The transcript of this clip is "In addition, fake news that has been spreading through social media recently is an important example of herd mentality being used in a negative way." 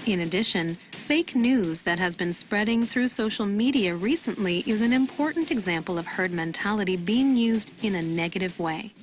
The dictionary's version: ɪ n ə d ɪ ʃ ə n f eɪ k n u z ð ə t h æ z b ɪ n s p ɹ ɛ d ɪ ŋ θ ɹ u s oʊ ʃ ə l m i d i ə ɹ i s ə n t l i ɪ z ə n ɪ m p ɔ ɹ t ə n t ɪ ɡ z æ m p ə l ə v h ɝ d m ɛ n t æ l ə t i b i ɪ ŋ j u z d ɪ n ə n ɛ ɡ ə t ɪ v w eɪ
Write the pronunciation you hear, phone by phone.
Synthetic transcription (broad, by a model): ɪ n ə d ɪ ʃ ə n f eɪ k n u z ð ə t h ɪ z b ɪ n s p ɹ ɛ d ɪ ŋ θ ɹ u s oʊ ʃ l m i d i ə ɹ i s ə n t l i ɪ z ə n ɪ m p ɔ ɹ t n t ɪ ɡ z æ m p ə l ə v h ɝ d m ɛ n t æ l ə t i b i ɪ ŋ j u z d ɪ n ə n ɛ ɡ ə t ɪ v w eɪ